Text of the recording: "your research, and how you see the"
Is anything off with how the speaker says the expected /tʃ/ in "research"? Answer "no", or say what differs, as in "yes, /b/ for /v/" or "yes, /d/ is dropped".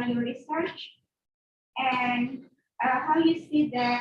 no